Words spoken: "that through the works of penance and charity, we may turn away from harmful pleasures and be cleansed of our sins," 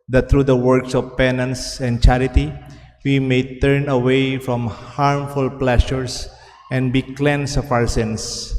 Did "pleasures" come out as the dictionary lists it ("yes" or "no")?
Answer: no